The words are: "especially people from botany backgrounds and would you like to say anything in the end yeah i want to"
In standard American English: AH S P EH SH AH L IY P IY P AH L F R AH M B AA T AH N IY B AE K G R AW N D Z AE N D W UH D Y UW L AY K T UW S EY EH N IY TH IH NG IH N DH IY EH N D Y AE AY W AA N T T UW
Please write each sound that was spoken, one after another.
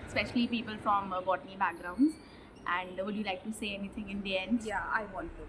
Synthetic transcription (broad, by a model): S P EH SH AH L IY P IY P AH L F R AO M B AA T AH N IY B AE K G R AW N D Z AE N D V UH D Y UW L AY K T UW S EY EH N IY T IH NG IH N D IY EH N D Y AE AY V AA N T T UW